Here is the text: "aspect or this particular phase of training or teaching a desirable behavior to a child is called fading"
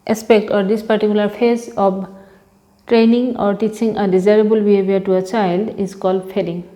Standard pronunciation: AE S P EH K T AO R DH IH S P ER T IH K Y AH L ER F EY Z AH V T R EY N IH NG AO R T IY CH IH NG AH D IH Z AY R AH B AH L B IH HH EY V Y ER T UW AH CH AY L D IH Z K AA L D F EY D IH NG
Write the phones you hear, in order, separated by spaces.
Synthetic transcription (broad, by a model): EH S P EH K T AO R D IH S P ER T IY K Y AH L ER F EY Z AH B T R EY N IH NG AO R T IY CH IH NG AH D IH Z AY R AH B AH L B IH HH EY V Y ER T UW AH CH AY L D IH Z K AA L D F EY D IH NG